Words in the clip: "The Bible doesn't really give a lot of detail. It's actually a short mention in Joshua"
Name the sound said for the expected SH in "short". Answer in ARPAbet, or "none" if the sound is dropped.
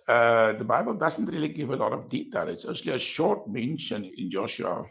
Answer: SH